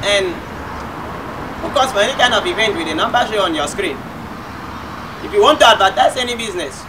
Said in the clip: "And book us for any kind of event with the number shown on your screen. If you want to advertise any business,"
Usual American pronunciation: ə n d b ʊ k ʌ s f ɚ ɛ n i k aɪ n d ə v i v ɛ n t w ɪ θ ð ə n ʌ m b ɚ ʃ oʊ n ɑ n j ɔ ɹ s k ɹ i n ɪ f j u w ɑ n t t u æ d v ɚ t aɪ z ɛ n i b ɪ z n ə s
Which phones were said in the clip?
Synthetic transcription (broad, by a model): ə n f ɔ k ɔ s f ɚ ɛ n i k aɪ n d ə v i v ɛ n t w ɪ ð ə n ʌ m b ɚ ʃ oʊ ɑ n j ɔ s k ɹ i n ɪ f j u w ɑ n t t u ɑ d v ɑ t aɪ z ɛ n i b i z n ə s